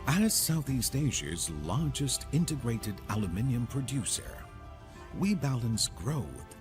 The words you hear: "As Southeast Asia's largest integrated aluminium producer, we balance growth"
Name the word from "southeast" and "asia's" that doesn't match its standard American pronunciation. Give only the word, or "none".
none